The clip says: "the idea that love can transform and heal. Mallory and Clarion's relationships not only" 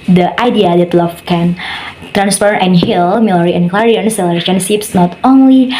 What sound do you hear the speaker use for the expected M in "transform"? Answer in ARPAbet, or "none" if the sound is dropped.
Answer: none